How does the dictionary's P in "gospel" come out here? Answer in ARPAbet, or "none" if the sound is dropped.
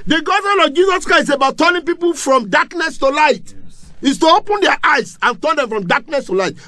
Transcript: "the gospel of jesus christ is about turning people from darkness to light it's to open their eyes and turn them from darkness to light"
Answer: none